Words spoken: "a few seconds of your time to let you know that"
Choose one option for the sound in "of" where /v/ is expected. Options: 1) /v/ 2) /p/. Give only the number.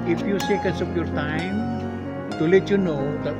2